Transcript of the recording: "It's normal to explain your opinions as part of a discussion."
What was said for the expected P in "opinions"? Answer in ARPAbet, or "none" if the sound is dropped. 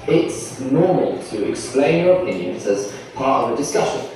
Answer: P